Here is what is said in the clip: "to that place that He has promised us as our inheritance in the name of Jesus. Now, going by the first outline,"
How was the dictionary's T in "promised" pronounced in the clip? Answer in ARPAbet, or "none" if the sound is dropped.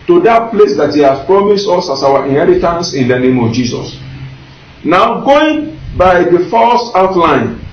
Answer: T